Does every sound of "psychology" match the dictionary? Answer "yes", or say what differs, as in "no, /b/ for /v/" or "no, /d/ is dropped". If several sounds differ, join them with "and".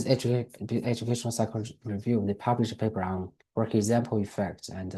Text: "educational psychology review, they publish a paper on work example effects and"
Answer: no, /l/ is dropped